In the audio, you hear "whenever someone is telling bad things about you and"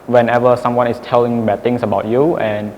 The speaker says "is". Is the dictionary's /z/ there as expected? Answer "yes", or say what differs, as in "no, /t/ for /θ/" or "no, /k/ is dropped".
no, /s/ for /z/